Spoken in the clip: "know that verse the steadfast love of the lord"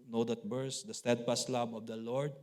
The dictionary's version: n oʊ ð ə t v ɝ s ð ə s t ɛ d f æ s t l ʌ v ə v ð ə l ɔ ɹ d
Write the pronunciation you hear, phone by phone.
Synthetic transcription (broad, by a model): n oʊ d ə t b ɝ s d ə s t ɛ d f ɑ s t l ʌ b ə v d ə l ɔ ɹ d